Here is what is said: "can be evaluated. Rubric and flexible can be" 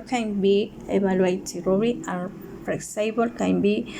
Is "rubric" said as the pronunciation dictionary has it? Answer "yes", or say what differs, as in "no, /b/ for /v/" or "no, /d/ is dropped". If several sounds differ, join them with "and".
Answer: no, /b/ is dropped and /k/ is dropped